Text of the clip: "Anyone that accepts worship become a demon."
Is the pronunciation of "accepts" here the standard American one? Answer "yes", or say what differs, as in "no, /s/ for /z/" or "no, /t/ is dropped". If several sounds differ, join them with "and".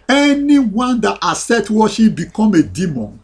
no, /k/ is dropped and /p/ is dropped and /s/ is dropped